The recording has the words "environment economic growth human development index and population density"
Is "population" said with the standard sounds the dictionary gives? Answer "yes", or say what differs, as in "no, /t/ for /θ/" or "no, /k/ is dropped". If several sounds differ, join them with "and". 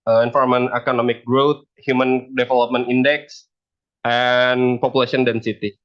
no, /s/ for /ʃ/